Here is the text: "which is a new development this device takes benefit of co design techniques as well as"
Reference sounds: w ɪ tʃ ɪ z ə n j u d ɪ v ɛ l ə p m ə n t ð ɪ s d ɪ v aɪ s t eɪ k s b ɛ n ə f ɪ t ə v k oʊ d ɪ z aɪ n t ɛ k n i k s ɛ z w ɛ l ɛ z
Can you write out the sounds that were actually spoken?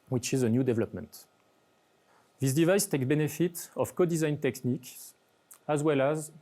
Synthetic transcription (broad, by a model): w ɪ tʃ ɪ z ə n j u d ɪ v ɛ l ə p m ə n t ð ɪ s d ɪ v aɪ s t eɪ k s b ɛ n ə f ɪ t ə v k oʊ d ɪ z aɪ n t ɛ k n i k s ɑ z w ɛ l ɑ z